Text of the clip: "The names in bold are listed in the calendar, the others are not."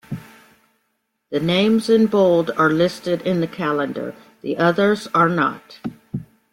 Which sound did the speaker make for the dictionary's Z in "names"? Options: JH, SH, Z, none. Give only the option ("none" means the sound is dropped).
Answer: Z